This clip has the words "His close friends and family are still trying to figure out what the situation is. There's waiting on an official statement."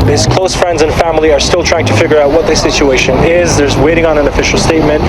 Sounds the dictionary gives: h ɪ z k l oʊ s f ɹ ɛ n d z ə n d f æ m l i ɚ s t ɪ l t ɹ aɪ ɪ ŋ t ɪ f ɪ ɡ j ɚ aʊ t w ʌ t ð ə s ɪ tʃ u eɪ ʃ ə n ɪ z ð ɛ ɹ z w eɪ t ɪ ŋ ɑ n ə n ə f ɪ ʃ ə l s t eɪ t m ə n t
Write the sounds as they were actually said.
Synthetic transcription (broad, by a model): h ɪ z k l oʊ s f ɹ ɛ n d z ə n f æ m l i ɚ s t ɪ l t ɹ aɪ ɪ ŋ t ɪ f ɪ ɡ j ɚ aʊ t w ʌ t ð ə s ɪ tʃ u eɪ ʃ ə n ɪ z ð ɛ ɹ z w eɪ t ɪ ŋ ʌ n ə n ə f ɪ ʃ l s t eɪ t m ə n t